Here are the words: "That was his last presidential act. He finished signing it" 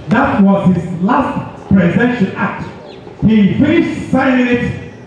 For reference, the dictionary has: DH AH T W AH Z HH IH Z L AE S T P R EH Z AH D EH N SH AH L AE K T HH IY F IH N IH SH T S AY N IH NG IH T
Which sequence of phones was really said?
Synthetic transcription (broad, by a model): DH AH T W AH Z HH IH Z L AE S T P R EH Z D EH SH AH N AE K T HH IY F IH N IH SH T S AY IH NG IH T